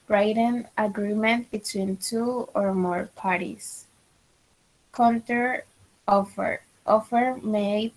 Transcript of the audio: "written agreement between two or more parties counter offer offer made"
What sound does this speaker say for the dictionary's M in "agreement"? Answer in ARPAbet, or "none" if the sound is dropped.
M